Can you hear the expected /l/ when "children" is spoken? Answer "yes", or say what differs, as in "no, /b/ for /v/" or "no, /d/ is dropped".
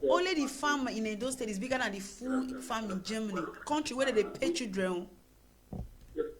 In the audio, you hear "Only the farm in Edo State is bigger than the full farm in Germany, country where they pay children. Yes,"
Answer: no, /l/ is dropped